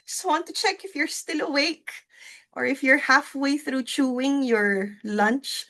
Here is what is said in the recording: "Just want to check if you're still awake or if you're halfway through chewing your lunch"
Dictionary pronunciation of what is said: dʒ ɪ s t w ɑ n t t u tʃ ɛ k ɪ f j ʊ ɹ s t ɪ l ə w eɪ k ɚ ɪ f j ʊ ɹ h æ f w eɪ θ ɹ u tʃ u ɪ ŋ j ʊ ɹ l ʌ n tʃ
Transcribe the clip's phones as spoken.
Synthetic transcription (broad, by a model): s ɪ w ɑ n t t u tʃ ɛ k ɪ f j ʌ ɹ s t ɪ l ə w eɪ k ɚ ɪ f j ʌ ɹ h æ f w eɪ θ ɹ u tʃ u ɪ ŋ j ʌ ɹ l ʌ n tʃ